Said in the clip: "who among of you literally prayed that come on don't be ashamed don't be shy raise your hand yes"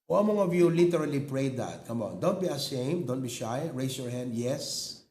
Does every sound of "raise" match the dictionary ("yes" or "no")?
no